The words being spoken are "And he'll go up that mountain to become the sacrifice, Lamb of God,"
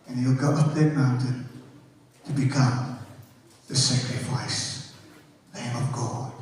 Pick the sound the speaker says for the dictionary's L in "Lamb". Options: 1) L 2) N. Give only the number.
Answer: 2